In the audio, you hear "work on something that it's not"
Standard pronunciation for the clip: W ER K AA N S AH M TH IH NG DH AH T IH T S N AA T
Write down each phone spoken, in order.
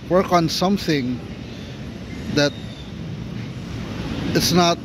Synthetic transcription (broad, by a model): W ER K AA N S AH M TH IH NG DH AH T IH T S N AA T